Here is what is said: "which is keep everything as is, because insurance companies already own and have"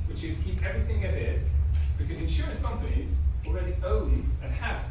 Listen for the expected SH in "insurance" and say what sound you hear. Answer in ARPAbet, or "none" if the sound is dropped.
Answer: SH